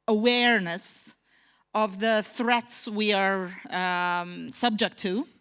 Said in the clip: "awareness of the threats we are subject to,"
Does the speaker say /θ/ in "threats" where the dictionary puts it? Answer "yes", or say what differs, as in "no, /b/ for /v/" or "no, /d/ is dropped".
yes